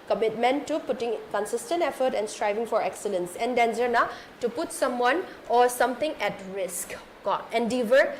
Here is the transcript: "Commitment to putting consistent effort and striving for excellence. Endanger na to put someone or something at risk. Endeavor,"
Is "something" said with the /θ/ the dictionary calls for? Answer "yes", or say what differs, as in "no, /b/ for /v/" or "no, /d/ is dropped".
no, /t/ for /θ/